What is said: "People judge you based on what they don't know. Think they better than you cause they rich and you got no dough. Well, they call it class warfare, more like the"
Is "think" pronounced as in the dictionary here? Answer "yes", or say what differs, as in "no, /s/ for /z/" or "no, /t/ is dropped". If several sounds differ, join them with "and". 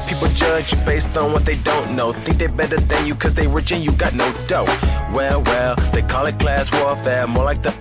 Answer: yes